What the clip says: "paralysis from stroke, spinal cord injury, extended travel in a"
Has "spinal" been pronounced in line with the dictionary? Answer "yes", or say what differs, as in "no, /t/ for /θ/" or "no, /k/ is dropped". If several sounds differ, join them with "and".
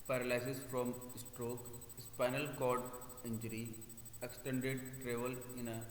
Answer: yes